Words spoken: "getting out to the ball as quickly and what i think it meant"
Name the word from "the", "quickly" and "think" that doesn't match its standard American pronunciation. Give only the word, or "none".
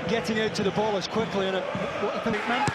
think